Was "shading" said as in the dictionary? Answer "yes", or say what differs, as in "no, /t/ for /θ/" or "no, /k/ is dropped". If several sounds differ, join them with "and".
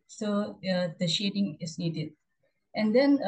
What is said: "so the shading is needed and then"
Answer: yes